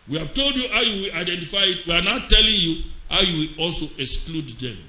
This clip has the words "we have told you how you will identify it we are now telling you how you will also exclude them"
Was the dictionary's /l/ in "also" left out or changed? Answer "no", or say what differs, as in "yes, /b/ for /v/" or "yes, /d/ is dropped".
no